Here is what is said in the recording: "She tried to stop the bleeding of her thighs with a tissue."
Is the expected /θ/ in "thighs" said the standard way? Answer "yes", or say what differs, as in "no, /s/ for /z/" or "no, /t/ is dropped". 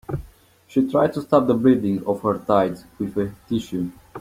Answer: no, /t/ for /θ/